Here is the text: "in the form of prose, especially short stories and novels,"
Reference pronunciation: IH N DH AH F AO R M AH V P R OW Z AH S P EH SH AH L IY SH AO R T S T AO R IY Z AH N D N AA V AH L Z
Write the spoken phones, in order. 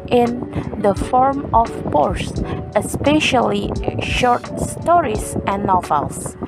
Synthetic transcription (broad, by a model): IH N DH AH F AO R M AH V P R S AH S P EH SH AH L IY SH AO R T S T AO R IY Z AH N N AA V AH L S